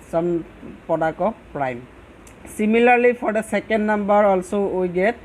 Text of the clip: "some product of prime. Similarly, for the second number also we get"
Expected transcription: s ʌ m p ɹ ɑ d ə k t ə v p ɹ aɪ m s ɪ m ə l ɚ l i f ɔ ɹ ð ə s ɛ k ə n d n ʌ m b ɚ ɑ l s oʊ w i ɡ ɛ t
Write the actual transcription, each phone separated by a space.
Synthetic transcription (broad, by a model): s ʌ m p ɑ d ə k ə p ɹ aɪ m s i m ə l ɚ l i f ɔ ɹ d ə s ɛ k ə n d n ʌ m b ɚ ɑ l s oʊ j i ɡ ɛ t